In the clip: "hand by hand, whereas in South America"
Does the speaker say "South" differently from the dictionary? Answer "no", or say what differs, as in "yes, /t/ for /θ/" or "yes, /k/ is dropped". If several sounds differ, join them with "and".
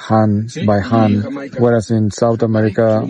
yes, /t/ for /θ/